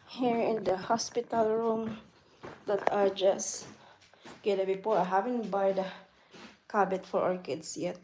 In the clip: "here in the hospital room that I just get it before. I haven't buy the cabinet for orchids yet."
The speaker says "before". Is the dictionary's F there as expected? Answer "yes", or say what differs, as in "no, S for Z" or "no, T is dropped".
no, P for F